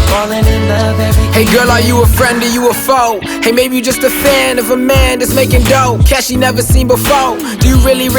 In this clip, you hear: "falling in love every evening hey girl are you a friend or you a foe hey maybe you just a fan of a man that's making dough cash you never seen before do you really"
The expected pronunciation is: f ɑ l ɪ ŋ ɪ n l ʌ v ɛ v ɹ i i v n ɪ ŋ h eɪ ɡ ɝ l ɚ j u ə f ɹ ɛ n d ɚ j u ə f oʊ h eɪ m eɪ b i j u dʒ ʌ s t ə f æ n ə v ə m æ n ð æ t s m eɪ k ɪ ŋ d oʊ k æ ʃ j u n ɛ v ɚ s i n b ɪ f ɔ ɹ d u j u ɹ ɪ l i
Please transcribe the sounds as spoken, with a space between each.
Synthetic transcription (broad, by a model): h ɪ ɪ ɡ ʌ ɹ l ɚ j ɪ ə f ɹ ɛ n d ɚ j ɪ ə f oʊ h eɪ m eɪ b i j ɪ dʒ ʌ s t ə f æ n ə v ə m æ n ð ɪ t s m eɪ k ɪ ŋ d oʊ k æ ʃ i n ɛ v ɚ s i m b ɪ f ɔ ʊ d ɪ j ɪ ɹ ɪ l i